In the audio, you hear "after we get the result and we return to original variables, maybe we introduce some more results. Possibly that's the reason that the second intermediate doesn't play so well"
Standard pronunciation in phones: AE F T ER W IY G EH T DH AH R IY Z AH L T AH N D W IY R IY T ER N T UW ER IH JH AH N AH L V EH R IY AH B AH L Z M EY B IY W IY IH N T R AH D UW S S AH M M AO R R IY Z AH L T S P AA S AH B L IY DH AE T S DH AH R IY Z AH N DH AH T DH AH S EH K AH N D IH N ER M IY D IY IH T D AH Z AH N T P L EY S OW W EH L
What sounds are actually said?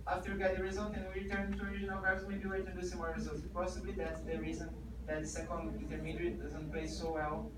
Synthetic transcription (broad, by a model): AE F T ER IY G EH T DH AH R IY Z AH L T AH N W IY R IY T ER N T UW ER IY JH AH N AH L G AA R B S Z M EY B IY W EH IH T AH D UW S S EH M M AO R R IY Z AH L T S P AA S AH B L IY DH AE T S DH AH R IY Z AH N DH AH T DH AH S EH K AH N D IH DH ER M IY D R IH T D AH Z AH N T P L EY S OW W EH L